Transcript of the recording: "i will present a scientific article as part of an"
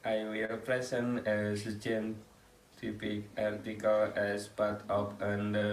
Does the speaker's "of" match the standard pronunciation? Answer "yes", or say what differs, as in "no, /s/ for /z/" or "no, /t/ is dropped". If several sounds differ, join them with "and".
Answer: no, /p/ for /v/